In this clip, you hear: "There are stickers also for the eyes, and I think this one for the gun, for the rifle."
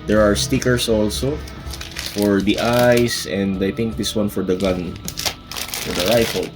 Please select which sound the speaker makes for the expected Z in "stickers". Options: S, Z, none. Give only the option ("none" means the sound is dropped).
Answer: S